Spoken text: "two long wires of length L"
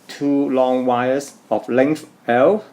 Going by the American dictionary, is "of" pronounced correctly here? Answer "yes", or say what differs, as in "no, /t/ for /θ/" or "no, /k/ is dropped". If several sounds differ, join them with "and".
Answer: no, /f/ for /v/